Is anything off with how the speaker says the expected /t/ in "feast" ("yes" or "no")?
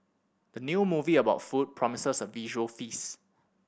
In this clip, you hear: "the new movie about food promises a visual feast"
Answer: yes